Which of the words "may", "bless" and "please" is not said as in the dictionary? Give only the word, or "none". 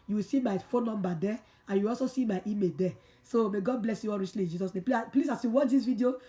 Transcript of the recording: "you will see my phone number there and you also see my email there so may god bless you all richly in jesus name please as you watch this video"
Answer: please